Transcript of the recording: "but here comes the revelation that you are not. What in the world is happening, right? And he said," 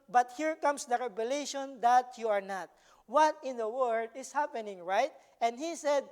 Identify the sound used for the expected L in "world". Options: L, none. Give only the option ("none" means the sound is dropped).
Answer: none